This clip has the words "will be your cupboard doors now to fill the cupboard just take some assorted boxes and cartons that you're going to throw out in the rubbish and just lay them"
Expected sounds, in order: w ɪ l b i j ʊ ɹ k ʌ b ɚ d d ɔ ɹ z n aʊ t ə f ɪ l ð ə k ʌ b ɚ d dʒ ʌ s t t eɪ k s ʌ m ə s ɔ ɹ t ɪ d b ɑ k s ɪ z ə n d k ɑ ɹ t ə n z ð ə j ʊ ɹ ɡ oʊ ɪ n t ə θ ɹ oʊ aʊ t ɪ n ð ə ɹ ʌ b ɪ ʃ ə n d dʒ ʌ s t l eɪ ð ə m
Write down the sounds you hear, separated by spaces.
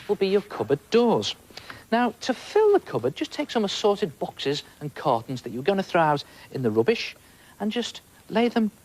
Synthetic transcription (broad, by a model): w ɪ l b i j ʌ ɹ k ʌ b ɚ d d ɔ ɹ z n aʊ t ə f ɪ l ð ə k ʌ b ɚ d dʒ ʌ s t t eɪ k s ʌ m ə s ɔ ɹ t ɪ d b ɑ k s ɪ z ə n k ɑ ɹ t n z ð ə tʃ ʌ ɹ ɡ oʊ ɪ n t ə θ ɹ oʊ aʊ t ɪ n ð ə ɹ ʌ b ɪ ʃ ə n dʒ ʌ s t l eɪ ð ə m